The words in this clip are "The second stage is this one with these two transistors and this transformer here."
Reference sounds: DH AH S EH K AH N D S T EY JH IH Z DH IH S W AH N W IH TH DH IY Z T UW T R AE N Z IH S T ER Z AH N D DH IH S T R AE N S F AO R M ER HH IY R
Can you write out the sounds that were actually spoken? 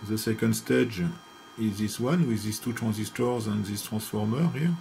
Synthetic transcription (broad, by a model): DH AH S EH K AH N D S T EY JH IH Z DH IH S W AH N W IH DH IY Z T UW T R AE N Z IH S T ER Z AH N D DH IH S T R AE S F AO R M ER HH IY